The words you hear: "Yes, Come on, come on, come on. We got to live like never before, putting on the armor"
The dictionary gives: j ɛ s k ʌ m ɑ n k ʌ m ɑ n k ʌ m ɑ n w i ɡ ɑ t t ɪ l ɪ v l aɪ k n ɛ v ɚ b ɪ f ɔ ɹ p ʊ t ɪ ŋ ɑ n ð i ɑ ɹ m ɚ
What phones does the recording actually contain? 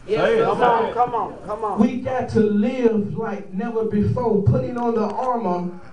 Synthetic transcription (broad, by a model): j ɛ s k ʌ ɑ k ʌ m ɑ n k ʌ m w i ɡ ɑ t t ɪ l ɪ v l aɪ k n ɛ v ɚ b ɪ f ɔ ɹ p ʊ t ɪ ŋ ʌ n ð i ɑ ɹ m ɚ